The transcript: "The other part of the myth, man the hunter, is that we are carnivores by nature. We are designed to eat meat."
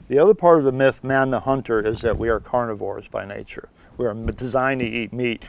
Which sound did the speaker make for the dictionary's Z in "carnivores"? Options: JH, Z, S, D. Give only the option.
Z